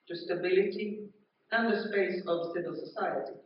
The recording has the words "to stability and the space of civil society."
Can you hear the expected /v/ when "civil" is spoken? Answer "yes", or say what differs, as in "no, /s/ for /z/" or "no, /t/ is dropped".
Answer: yes